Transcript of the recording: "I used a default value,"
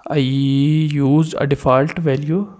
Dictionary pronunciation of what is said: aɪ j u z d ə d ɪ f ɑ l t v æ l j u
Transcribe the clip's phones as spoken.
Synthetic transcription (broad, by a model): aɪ j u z ə d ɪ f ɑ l t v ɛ l j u